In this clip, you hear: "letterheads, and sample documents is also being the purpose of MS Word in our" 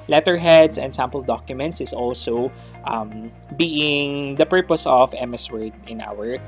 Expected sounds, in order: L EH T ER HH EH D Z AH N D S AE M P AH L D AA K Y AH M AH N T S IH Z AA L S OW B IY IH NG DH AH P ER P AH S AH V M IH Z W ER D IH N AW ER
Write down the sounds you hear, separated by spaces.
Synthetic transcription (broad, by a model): L EH T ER HH EH D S AH N D S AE M P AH L D AA K Y AH M AH N T S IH S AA L S OW B IY IH NG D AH P ER P AH S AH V M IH S W ER D IH N AW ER